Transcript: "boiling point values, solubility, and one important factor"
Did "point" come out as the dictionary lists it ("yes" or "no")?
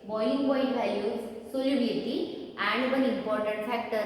no